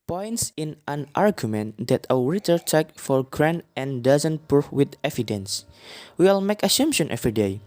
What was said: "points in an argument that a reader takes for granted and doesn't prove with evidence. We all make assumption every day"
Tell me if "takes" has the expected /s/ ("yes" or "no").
no